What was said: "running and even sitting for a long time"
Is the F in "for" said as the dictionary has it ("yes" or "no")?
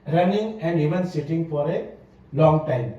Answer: yes